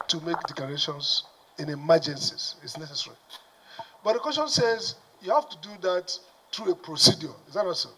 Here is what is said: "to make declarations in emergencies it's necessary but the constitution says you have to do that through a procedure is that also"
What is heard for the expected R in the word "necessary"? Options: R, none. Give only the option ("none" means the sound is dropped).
R